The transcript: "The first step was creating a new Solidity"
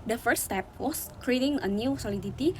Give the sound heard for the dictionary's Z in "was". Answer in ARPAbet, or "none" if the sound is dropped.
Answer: S